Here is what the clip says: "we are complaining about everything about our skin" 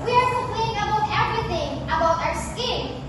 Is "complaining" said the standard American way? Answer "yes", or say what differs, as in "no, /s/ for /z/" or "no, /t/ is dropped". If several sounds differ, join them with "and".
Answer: no, /m/ is dropped and /n/ is dropped